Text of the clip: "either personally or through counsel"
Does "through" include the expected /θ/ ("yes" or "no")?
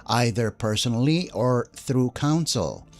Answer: yes